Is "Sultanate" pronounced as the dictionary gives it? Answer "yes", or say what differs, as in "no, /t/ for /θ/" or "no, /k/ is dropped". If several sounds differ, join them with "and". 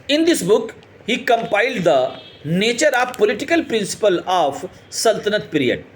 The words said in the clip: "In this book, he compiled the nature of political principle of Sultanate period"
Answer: yes